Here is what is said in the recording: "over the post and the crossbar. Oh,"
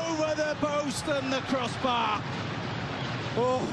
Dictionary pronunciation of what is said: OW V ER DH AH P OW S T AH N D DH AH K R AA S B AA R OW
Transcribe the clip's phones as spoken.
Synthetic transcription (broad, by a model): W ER DH AH B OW S T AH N DH AH K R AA S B AA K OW